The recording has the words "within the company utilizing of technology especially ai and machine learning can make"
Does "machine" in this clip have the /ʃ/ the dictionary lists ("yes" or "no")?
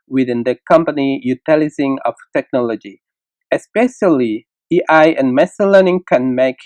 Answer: no